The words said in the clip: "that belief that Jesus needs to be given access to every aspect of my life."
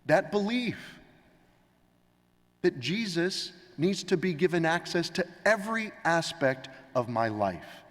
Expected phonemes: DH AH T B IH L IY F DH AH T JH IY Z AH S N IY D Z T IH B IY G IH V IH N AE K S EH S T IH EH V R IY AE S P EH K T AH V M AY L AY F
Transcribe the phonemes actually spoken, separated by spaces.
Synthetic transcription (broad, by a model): DH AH T B IH L IY F DH AH T JH IY Z AH S N IY D Z T IH B IY G IH V IH N AE K S EH S T IH EH V R IY AE S P EH K T AH V M AY L AY F